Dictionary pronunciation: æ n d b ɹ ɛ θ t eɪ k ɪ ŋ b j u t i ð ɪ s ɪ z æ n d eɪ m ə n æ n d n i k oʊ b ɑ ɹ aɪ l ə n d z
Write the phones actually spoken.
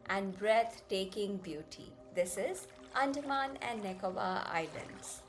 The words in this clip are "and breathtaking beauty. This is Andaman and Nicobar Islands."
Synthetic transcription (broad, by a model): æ n d b ɹ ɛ t t eɪ k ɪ ŋ b j u t i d ɪ s ɪ z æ n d m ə n æ n d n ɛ k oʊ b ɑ aɪ l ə n d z